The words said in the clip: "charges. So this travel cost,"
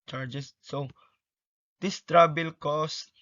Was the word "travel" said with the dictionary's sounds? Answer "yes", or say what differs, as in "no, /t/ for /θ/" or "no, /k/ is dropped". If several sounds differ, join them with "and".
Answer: no, /b/ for /v/